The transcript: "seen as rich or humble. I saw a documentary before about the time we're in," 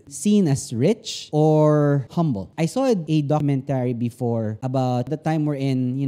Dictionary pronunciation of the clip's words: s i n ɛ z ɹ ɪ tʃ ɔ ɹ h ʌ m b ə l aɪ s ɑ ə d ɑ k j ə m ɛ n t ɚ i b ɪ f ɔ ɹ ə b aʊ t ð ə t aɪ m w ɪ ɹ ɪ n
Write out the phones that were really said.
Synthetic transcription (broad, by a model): s i n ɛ s ɹ ɪ tʃ ɔ ɹ h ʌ m b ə l aɪ s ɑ ə d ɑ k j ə m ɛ n t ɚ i b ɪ f ɔ ɹ ə b aʊ t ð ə t aɪ m w ɪ ɹ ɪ n